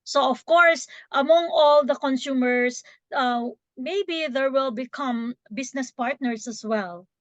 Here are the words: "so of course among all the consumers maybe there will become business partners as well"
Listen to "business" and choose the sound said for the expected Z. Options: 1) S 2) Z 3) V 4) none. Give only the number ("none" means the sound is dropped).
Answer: 1